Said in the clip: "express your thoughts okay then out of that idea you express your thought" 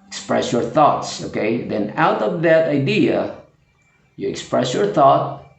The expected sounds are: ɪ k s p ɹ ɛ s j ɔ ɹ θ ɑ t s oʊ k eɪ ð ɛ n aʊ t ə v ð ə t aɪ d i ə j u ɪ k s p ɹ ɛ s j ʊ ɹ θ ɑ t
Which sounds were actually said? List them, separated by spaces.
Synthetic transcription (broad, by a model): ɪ k s p ɹ ɛ s j ɔ ɹ θ ɑ t s oʊ k eɪ ð ɛ n aʊ t ə v ð ə t aɪ d i ə j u ɪ k s p ɹ ɛ s j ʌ ɹ θ ɑ t